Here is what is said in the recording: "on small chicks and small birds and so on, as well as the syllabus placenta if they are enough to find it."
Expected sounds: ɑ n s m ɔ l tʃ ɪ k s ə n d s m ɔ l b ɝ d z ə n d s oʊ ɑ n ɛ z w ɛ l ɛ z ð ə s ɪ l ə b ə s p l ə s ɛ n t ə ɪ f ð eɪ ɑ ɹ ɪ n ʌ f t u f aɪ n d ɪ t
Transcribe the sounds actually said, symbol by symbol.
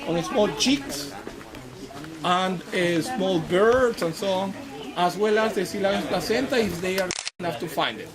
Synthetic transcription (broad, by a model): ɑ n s m ɔ l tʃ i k s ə n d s m ɔ l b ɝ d s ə n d s oʊ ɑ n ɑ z w ɛ l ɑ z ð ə s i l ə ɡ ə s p l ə s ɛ n t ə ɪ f ð eɪ ɑ ɹ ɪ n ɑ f t u f aɪ n d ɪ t